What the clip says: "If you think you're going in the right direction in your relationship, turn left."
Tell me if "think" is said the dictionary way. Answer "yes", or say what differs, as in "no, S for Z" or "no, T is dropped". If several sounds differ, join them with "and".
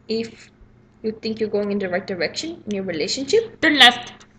no, T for TH